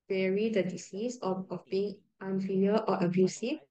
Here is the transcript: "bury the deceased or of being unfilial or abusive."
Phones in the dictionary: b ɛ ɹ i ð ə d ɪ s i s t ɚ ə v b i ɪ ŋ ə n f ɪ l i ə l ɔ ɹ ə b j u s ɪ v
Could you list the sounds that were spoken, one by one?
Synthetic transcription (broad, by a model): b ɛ ɹ i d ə d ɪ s i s ɔ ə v b i ɪ ŋ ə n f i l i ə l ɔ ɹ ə b j u s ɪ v